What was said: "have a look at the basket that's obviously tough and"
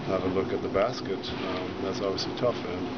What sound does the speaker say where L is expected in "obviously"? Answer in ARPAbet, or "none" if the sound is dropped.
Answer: none